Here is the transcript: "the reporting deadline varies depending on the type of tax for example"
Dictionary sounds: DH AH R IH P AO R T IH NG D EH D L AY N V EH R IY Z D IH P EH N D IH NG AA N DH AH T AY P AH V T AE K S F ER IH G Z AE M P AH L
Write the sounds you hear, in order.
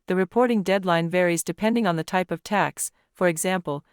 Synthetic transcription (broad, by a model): DH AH R IH P AO R T IH NG D EH D L AY N V EH R IY Z D IH P EH N D IH NG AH N DH AH T AY P AH V T AE K S F ER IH G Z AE M P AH L